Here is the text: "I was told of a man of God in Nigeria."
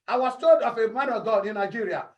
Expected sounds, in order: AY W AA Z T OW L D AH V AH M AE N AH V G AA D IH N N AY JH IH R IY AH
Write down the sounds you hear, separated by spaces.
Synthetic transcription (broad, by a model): AY W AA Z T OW D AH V AH M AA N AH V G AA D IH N N AY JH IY R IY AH